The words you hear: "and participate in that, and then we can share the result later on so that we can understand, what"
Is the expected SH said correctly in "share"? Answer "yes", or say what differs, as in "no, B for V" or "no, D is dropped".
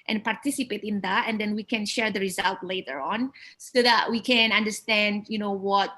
yes